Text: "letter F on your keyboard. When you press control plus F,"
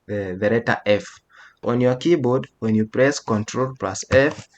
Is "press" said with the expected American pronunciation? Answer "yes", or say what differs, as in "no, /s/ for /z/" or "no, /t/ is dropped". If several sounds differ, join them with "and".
yes